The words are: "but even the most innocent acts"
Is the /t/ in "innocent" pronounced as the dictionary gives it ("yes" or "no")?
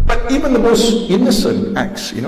yes